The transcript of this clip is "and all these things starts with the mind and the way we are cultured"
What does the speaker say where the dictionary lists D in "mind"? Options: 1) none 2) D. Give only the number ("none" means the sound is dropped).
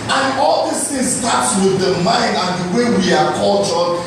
2